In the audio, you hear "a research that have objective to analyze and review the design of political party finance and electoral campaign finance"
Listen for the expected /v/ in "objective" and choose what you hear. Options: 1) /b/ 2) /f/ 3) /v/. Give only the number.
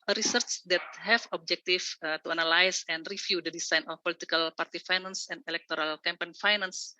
2